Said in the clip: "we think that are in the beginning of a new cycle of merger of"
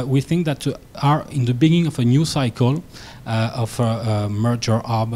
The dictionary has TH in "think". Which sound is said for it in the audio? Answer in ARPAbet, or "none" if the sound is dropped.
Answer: TH